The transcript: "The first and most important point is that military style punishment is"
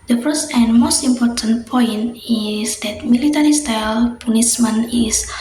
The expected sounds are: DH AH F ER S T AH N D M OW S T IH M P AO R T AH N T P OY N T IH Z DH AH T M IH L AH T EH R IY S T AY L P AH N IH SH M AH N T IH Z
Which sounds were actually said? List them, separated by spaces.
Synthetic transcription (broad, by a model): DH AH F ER S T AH N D M OW S T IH M P AO R T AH N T P OY N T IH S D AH T M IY L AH T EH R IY S T AY L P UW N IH S M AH N IH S